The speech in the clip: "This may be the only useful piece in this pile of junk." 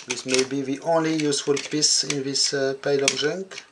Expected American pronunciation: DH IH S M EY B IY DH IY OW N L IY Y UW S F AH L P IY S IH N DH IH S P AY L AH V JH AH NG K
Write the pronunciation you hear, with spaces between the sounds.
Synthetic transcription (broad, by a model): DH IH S M EY B IY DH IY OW N L IY Y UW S F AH L P IY S IH N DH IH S P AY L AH B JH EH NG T